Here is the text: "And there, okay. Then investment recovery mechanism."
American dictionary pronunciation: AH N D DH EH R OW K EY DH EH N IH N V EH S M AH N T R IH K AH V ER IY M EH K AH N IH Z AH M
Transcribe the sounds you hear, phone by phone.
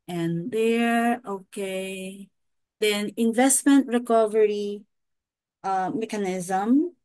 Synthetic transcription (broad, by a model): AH N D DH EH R OW K EY DH EH N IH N V EH S M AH N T R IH K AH V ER IY M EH K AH N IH Z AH M